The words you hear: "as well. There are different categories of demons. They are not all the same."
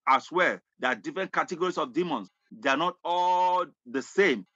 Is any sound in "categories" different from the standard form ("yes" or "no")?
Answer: yes